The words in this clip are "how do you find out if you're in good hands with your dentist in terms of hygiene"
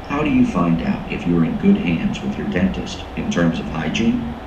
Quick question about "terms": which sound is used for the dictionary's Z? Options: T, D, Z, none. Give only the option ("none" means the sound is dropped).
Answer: Z